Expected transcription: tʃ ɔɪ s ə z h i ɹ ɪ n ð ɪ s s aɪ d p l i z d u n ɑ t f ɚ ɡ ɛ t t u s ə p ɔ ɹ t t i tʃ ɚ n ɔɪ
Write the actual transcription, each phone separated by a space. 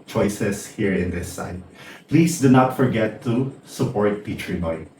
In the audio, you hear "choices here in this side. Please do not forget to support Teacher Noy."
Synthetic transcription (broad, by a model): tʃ ɔɪ s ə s h i ɹ ɪ n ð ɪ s s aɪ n p l i s d u n ɑ t f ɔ ɡ ɛ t t u s ə p ɔ ɹ t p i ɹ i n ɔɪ